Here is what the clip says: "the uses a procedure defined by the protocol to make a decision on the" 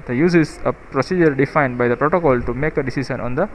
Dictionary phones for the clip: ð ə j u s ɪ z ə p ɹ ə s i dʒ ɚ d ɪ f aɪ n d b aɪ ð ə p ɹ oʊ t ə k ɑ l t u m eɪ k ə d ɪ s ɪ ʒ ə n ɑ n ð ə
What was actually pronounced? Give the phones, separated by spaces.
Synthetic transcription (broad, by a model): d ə j u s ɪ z ə p ɹ ə s i dʒ ɚ d ɪ f aɪ n d b aɪ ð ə p ɹ oʊ t ə k ɑ l t u m eɪ k ə d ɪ s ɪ ʃ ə n ɑ n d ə